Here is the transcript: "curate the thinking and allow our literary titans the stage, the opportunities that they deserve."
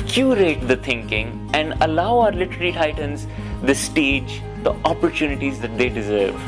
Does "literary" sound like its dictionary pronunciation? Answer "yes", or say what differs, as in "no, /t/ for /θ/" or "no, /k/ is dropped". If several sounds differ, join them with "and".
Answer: no, /l/ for /ɹ/